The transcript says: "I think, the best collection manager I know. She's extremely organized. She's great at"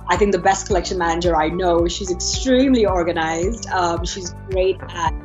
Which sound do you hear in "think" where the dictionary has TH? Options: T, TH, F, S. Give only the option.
TH